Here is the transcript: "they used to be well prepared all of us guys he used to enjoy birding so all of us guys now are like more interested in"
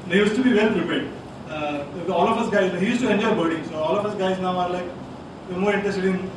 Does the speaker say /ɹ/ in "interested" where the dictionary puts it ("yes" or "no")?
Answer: no